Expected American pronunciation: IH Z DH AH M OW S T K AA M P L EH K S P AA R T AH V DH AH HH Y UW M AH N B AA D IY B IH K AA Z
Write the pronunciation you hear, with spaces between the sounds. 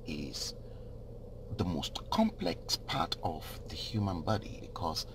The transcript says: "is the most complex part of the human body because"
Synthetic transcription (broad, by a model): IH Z DH AH M OW S T K AA M P L EH K S P AA R T AH V DH AH HH Y UW M AH N B AA D IY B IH K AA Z